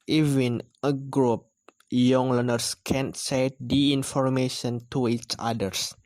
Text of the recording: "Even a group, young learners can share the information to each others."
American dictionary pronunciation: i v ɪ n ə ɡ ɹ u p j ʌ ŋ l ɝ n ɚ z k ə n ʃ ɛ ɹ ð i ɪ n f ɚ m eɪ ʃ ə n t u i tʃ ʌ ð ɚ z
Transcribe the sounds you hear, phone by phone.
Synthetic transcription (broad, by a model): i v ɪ n ə ɡ ɹ u p j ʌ ŋ l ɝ n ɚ s k ə n s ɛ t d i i n f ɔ m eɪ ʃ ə n t u i tʃ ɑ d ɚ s